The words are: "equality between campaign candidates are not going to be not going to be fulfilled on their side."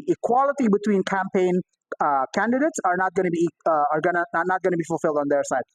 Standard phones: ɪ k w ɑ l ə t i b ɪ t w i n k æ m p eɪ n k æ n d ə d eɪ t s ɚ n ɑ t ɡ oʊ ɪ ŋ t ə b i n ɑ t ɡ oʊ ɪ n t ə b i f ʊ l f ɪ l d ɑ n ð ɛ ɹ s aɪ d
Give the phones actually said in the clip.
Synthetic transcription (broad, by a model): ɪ k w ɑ l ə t i b ɪ t w i n k æ m p eɪ n k æ n d ə d eɪ t s ɚ n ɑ t ɡ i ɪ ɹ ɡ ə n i n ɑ t ɡ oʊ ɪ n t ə b i f ʊ l f ɪ l d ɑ n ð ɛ ɹ s aɪ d